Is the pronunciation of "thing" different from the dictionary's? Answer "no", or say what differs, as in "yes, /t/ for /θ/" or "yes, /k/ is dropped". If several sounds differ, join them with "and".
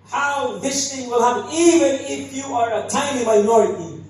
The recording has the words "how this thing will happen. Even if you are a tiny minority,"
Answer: yes, /t/ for /θ/